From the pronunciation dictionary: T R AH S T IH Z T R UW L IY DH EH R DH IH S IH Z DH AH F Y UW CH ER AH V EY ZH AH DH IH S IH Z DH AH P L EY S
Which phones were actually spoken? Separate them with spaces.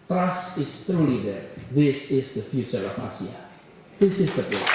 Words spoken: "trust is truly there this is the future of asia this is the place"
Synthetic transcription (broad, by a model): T R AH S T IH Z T R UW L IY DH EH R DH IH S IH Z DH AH F Y UW CH ER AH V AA S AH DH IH S IH Z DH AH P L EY